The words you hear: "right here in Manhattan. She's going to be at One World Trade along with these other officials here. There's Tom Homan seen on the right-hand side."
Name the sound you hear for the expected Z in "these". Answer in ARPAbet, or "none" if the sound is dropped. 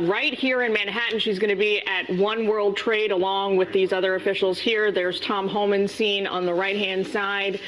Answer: Z